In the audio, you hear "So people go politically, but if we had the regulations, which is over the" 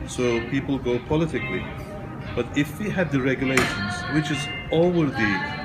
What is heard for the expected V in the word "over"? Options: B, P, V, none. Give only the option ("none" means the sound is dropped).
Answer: none